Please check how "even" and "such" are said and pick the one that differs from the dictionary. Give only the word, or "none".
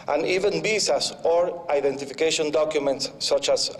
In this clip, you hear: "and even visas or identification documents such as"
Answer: none